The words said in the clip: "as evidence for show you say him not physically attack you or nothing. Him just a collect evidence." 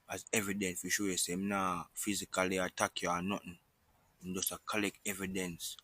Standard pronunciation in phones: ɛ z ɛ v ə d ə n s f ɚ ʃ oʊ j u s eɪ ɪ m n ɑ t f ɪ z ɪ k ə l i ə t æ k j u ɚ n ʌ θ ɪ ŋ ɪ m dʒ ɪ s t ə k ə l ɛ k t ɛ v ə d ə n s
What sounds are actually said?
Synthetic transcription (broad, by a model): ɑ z ɛ v ə d ə n s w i ʃ oʊ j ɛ s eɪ ɪ m n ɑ f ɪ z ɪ k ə l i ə t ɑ k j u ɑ n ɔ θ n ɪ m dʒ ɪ s ə k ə l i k ɛ v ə d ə n s